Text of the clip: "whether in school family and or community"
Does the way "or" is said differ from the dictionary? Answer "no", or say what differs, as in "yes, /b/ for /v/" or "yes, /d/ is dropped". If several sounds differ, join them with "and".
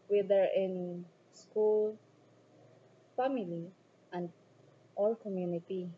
yes, /l/ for /ɹ/